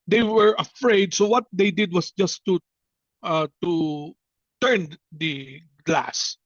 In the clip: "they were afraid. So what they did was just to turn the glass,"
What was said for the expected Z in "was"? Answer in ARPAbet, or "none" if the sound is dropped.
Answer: S